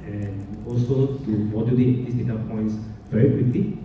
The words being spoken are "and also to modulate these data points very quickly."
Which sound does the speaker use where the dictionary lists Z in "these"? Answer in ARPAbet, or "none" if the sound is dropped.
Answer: S